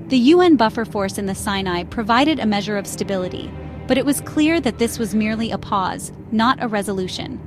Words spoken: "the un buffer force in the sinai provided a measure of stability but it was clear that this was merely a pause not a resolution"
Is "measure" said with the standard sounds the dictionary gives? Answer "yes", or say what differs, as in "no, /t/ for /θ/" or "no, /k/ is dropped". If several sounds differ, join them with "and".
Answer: yes